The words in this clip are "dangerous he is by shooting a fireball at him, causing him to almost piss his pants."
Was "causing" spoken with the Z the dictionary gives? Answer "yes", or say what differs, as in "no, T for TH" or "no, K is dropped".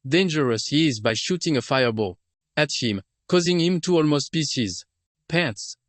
yes